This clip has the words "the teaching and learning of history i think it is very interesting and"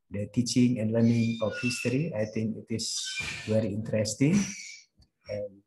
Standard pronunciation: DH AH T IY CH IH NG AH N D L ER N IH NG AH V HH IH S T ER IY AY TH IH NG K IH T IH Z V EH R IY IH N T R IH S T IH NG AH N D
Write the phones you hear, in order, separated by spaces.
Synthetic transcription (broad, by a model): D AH T IY CH IH NG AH N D L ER N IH NG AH F HH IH S T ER IY AY T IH NG K IH T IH S V EH R IY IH N T R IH S T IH NG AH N